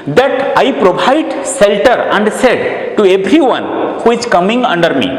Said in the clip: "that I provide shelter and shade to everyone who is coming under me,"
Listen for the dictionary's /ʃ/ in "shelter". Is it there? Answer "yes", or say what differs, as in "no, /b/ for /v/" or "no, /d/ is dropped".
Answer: no, /s/ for /ʃ/